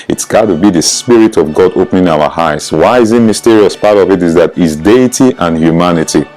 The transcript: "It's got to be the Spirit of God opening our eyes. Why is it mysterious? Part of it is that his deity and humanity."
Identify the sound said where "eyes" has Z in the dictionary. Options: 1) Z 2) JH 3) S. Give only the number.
3